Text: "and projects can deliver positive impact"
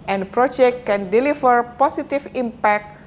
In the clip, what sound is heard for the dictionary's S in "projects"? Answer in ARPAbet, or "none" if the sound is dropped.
none